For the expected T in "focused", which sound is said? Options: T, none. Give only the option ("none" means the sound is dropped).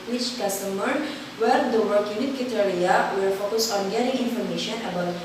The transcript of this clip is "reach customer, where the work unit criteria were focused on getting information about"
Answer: none